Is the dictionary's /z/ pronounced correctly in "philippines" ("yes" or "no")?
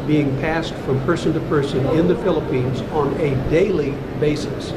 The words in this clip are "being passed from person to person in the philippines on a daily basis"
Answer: yes